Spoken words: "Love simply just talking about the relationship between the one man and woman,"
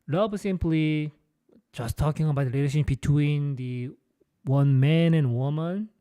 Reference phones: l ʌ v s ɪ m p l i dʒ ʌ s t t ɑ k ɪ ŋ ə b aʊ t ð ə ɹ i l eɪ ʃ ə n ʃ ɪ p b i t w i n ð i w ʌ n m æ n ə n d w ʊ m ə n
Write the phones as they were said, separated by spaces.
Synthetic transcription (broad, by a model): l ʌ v s ɪ m p l i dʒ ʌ s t t ɑ k ɪ ŋ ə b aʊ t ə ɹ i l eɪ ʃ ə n b i t w i n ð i w ʌ n m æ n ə n w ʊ m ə n